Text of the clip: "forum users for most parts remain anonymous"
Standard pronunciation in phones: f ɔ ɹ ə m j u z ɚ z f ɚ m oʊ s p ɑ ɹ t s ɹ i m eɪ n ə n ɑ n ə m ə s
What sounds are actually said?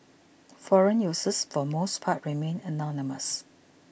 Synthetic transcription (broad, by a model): f ɔ ɹ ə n j u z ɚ s f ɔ m oʊ s p ɑ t ɹ i m eɪ n ə n ɑ n ə m ə s